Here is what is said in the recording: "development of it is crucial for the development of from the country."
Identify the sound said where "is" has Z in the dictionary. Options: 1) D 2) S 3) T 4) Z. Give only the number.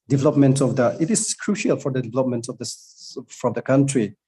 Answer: 2